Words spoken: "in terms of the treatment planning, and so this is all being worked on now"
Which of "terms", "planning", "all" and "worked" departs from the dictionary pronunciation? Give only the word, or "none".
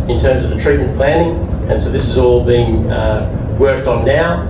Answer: none